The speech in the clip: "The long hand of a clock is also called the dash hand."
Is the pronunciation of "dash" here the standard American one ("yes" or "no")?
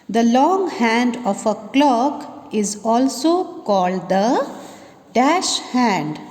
yes